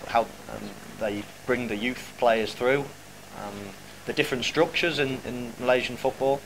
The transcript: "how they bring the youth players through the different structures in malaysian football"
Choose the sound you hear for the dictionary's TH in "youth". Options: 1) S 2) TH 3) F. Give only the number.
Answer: 2